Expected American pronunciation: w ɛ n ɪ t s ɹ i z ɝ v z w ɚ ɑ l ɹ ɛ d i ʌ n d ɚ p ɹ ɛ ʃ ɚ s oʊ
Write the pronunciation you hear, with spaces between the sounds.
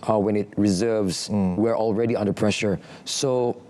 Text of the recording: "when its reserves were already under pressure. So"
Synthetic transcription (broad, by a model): w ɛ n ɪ t ɹ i z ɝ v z w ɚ ɑ l ɹ ɛ d i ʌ n d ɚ p ɹ ɛ ʃ ɚ s oʊ